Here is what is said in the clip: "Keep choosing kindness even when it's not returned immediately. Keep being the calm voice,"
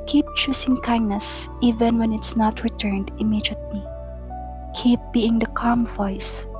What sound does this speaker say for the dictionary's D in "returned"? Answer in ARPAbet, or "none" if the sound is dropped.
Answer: D